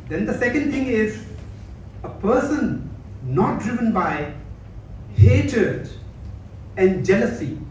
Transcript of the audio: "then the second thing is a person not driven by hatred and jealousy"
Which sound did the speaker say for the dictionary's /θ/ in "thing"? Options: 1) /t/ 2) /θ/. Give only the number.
1